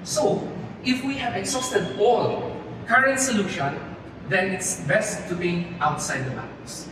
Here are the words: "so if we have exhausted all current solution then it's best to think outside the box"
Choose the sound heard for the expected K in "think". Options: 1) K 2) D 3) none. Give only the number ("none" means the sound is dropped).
3